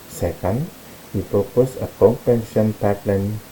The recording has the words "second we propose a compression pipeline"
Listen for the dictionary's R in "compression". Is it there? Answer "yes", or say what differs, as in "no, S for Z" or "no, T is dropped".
no, R is dropped